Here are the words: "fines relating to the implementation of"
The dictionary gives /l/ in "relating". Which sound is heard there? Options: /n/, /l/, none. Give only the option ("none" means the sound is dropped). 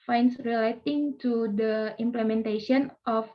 /l/